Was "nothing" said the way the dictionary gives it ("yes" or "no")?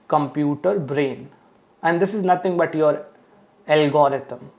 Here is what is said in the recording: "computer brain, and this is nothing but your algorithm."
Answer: no